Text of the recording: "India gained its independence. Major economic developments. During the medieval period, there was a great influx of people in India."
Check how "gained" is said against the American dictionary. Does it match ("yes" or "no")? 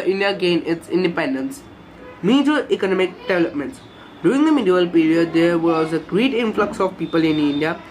no